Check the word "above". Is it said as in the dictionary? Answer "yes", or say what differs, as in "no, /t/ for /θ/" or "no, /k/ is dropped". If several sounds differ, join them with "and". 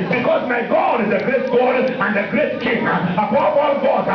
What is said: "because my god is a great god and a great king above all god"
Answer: no, /p/ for /v/